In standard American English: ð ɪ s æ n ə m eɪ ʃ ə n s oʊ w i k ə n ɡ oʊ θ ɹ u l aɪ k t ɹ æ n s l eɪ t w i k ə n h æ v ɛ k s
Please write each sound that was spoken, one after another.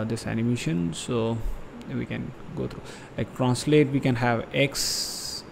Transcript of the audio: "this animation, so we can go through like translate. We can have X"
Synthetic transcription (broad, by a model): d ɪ s æ n ə m eɪ ʃ ə n s oʊ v i k ə n ɡ oʊ t ɹ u l aɪ k t ɹ æ n s l eɪ t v i k ə n h æ v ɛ k s